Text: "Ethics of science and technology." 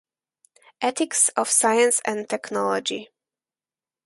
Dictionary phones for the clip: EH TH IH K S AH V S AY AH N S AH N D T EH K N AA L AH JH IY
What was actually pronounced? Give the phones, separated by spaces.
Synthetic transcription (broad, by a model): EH T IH K S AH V S AY AH N S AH N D T EH K N AA L AH JH IY